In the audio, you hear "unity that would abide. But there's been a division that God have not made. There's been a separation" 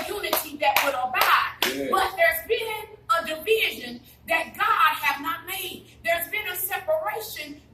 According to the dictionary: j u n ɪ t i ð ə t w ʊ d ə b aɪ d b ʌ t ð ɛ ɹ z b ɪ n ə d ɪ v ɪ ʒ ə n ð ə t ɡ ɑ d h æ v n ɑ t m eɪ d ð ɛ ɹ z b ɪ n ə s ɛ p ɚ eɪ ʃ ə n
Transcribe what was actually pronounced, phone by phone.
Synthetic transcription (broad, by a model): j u n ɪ t i ð ə t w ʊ d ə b aɪ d b ʌ t ð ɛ ɹ z b ɪ n ə d ɪ v ɪ ʒ ə n ð ə t ɡ ɑ d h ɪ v n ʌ t m eɪ d ð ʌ ɹ z b ɪ n ə s ɛ p ɚ eɪ ʃ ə n